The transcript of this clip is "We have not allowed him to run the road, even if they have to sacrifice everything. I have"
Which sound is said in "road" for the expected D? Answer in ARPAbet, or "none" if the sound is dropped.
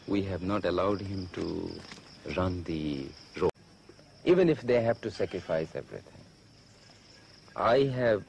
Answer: none